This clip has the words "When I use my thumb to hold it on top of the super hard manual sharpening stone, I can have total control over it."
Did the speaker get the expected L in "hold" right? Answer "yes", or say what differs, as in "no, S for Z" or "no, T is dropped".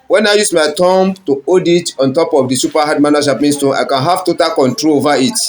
no, L is dropped